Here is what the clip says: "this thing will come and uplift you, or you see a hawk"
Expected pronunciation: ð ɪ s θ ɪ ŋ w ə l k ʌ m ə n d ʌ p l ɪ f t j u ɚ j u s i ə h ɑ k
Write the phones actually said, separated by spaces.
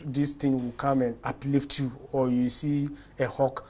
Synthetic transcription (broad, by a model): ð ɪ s t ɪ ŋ w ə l k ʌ m ə n d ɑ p l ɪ f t j u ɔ j u s i ə h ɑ k